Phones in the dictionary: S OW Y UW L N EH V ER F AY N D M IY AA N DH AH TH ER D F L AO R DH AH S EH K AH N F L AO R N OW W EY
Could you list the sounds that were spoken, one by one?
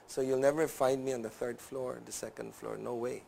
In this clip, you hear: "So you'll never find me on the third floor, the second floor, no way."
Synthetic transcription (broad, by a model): S OW Y UW L N EH V ER F AY N D M IY AA N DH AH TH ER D F L AO R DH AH S EH K AH N F L AO R N OW W EY